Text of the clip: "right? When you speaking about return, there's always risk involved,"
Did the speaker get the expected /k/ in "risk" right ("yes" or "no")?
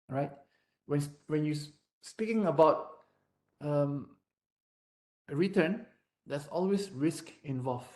yes